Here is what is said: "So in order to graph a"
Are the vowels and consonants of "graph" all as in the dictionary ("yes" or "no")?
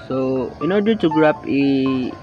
no